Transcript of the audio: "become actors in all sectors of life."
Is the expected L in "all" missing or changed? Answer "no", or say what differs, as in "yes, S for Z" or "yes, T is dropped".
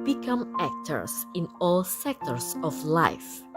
no